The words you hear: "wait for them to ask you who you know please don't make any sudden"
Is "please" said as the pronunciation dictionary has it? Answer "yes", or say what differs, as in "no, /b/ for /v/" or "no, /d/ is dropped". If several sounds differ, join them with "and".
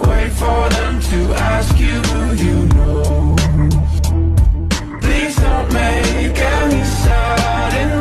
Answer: yes